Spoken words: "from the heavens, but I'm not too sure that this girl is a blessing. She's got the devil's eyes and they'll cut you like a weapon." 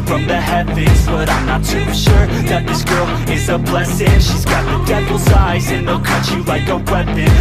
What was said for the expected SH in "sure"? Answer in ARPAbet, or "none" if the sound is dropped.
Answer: SH